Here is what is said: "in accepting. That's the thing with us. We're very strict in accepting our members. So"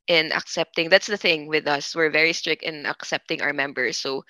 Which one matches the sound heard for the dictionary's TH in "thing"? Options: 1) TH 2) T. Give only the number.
1